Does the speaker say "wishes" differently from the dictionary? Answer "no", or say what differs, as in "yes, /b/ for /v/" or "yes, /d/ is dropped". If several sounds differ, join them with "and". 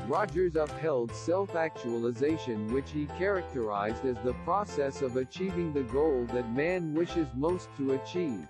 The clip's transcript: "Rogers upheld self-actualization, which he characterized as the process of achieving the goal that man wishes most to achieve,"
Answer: no